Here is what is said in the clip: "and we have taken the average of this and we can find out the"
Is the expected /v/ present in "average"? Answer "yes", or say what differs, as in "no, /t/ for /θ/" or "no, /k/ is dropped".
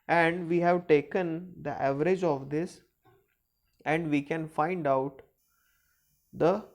yes